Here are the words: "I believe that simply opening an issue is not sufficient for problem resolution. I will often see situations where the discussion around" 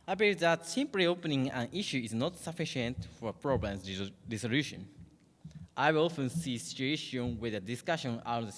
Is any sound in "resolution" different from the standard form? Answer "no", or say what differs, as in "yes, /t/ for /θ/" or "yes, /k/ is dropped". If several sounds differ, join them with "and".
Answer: yes, /s/ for /z/